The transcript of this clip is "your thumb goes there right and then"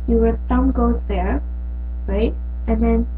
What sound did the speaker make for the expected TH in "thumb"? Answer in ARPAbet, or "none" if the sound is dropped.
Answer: S